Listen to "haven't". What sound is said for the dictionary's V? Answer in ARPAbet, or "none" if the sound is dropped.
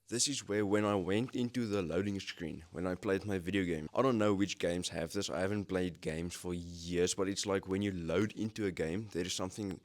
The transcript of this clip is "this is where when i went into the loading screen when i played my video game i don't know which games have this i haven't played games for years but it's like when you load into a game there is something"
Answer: V